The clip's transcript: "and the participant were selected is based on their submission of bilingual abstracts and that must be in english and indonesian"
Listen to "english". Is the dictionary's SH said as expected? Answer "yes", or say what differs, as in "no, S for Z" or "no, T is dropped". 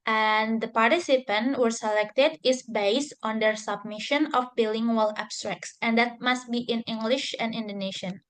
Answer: yes